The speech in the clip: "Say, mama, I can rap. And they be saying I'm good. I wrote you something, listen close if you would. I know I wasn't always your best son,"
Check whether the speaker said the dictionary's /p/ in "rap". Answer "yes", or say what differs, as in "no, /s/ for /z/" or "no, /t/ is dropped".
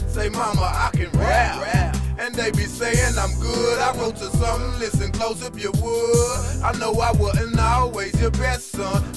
no, /p/ is dropped